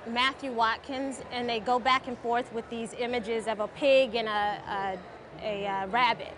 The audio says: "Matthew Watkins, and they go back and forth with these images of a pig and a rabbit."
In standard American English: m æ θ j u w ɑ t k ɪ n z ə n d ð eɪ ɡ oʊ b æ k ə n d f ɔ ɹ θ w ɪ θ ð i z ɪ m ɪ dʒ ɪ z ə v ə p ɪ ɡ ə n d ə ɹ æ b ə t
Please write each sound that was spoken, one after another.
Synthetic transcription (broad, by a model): m æ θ j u w ɑ t k ɪ n z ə n ð eɪ ɡ oʊ b æ k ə n f ɔ ɹ θ w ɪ ð i z ɪ m ɪ dʒ ɪ z ə v ə p ɪ ɡ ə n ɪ ə ɹ æ b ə t